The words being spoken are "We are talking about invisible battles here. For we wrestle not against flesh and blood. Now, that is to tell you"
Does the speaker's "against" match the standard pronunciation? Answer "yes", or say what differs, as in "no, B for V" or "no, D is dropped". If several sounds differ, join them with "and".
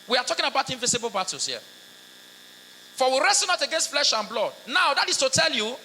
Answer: yes